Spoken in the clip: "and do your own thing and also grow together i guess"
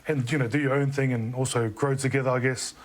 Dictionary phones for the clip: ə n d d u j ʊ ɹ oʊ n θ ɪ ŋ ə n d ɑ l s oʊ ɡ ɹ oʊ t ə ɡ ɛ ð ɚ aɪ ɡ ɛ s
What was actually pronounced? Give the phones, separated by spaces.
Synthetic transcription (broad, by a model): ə n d d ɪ j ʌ ɹ oʊ n θ ɪ ŋ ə n ɑ l s oʊ ɡ ɹ oʊ t ə ɡ ɛ ð ɚ aɪ ɡ ɛ s